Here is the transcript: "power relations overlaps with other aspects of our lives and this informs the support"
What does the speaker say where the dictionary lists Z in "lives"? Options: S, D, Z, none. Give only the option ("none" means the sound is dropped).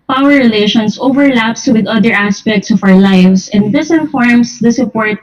S